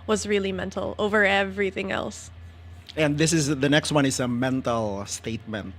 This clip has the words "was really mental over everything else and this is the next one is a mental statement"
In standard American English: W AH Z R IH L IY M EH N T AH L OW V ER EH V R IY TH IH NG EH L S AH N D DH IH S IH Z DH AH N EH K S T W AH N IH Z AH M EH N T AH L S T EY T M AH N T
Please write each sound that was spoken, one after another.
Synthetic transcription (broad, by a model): W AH Z R IH L IY M EH N T L OW V ER EH V R IY TH IH NG EH L S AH N DH IH S IH Z DH AH N EH K S T W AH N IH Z AH M EH N T L S T EY T M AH N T